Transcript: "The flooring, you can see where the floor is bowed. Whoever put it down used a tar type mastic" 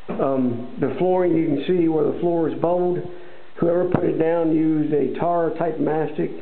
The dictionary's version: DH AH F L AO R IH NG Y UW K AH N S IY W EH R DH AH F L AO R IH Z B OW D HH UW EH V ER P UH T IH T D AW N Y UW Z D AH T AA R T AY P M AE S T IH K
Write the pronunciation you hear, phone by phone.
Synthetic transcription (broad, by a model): DH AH F L AO R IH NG Y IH K N S IY W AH R DH AH F L AO R IH Z B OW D HH UW EH V ER P UH T IH T D AW N Y UW Z D AH T AA R T AY P M AE S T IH K